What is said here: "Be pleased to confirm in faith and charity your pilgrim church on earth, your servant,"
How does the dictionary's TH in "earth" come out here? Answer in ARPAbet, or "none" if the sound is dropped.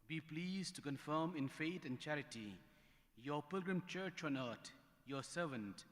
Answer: T